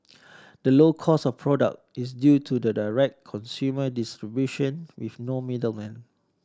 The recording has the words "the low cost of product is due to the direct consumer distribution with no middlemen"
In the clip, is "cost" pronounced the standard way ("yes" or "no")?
no